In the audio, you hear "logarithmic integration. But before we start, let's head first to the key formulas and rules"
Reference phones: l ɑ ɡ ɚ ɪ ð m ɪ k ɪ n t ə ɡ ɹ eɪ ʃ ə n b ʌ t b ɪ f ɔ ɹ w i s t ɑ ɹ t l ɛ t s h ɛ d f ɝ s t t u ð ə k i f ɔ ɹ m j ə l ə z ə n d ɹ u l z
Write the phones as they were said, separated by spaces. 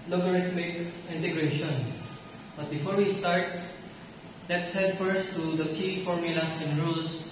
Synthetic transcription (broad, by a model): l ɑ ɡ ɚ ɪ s m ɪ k ɪ n t ə ɡ ɹ eɪ ʃ ə n b ʌ t b ɪ f ɔ ɹ w i s t ɑ ɹ t l ɛ t s h ɛ d f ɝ s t t u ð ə k i f ɔ ɹ m j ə l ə s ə n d ɹ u l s